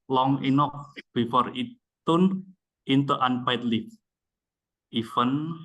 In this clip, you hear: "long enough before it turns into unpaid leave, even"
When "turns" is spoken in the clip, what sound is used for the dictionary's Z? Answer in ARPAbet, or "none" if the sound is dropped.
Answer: none